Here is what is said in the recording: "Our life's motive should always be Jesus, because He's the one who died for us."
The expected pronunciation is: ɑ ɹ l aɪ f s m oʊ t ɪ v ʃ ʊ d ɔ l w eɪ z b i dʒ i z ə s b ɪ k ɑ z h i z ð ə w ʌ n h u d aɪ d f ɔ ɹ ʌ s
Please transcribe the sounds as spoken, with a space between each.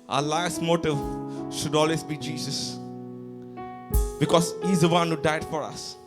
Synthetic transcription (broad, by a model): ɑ l aɪ s m oʊ t ɪ v ʃ ʊ d ɔ l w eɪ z b i dʒ i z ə s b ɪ k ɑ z h i z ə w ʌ n h u d aɪ d f ɔ ɹ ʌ s